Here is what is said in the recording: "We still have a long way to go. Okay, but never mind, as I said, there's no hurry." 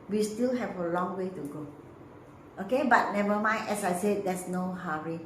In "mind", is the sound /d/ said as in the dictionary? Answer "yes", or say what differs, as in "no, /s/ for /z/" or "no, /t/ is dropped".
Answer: no, /d/ is dropped